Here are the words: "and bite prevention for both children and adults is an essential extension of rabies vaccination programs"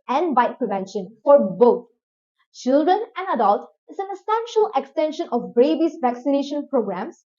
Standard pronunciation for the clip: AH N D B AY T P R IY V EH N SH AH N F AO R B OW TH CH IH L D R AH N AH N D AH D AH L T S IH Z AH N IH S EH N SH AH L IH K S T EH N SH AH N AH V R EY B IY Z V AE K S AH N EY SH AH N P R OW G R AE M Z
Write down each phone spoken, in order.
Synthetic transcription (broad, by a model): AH N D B AY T P R IY V EH N SH AH N F AO R B OW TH CH IH L D R AH N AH N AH D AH L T IH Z AH N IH S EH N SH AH L IH K S T EH N SH AH N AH B R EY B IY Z V AE K S AH N EY SH AH N P R OW G R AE M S